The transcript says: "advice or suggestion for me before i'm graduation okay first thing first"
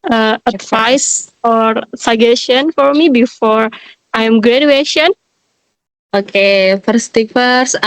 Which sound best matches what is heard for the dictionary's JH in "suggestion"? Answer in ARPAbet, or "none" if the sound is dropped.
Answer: none